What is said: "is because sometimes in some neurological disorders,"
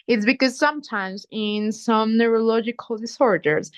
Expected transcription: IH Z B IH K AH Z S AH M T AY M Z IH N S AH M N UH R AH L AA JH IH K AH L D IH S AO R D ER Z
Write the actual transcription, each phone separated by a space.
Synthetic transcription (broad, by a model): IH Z B IH K AH Z S AH M T AY M Z IH N S AH M N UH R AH L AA JH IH K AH L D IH S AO R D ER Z